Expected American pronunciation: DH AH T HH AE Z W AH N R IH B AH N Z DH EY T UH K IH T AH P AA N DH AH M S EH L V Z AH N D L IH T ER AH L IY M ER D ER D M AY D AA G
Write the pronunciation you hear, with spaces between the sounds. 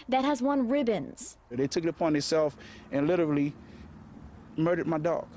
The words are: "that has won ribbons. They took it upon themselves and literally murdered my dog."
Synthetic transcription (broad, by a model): DH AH T HH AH Z W AH N R IH B AH N Z DH EY T UH K IH T AH P AA N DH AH S EH L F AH N L IH T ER L IY M ER D ER D M AY D AA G